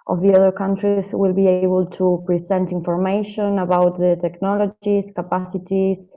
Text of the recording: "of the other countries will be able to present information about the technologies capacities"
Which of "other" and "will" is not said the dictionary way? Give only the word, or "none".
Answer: none